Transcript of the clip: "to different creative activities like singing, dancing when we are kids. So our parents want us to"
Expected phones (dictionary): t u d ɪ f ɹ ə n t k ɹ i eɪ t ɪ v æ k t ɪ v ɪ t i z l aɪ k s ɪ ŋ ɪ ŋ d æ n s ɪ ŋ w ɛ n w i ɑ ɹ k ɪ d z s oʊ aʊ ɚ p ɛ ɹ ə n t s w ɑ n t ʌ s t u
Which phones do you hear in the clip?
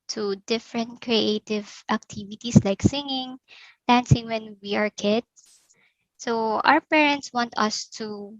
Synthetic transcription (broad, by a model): t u d ɪ f ɹ ə n t k ɹ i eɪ t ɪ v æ k t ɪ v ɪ t i s l aɪ k s ɪ ŋ ɪ ŋ d æ n s ɪ ŋ w ɛ n w i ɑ ɹ k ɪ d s s oʊ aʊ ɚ p ɛ ɹ ə n t s w ɑ n t ʌ s t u